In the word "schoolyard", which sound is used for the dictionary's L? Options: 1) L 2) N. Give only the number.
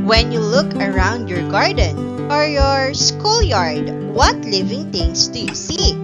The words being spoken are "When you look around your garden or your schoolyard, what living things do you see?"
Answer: 1